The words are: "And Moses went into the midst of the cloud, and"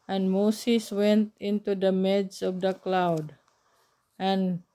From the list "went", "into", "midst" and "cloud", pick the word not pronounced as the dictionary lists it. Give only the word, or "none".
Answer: midst